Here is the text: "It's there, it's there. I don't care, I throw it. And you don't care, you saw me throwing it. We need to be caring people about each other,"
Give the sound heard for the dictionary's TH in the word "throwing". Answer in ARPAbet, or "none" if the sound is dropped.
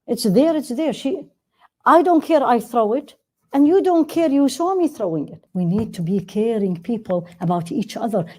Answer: TH